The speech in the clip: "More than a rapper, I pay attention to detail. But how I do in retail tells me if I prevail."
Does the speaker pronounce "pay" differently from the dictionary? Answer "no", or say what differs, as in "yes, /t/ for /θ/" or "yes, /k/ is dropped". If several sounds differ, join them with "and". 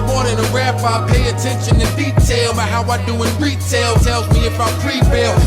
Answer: no